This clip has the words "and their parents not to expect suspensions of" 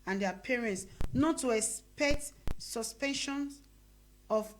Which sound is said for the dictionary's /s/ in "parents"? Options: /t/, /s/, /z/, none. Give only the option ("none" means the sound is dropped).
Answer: /s/